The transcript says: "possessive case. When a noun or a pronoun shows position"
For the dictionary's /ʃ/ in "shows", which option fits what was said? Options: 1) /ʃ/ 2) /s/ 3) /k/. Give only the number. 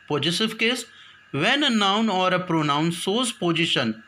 2